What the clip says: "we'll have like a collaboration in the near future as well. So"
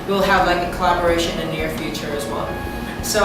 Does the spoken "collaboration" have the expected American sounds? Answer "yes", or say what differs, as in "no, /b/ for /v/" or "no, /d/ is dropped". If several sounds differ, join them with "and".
no, /ʃ/ is dropped